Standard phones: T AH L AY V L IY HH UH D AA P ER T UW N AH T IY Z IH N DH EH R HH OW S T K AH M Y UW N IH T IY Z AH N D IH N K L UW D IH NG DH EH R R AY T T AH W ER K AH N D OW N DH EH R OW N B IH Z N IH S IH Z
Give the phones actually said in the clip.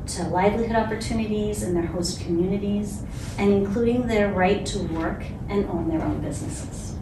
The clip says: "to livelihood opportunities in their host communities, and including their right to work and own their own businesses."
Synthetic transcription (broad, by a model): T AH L AY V L IY HH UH D AA P ER T UW N AH T IY Z IH N DH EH R HH OW S T K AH M Y UW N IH T IY Z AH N IH N K L UW D IH NG DH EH R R AY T T AH W ER K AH N OW N DH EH R OW N B IH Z N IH S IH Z